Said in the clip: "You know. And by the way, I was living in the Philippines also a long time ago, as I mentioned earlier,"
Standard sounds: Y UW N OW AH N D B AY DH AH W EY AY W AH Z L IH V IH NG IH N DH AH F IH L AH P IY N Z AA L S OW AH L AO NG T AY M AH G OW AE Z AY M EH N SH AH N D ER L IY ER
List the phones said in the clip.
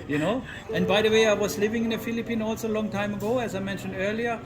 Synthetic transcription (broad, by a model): Y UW N OW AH N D B AY DH AH W EY AY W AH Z L IH V IH NG IH N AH F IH L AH P IY N AA L S OW L AO NG T AY M AH G OW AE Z AY M EH N SH AH N D ER L IY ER